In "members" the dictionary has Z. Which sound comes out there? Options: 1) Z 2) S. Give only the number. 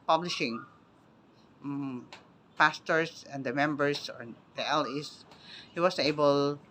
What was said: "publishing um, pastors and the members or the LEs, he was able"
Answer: 2